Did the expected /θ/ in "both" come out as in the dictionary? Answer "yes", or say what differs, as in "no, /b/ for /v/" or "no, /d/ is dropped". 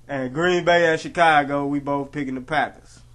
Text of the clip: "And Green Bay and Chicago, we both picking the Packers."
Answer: yes